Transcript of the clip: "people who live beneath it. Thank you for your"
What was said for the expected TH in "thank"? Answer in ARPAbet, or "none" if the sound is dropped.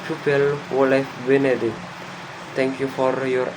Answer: T